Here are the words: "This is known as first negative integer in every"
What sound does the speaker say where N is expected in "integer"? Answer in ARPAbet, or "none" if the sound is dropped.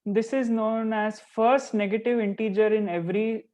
N